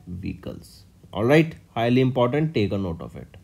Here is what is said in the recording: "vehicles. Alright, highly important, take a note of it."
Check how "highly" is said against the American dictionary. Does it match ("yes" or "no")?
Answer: yes